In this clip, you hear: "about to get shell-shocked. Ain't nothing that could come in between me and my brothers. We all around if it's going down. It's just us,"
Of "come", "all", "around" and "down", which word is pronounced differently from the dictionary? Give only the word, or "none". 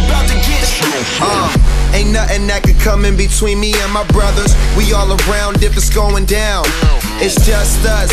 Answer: none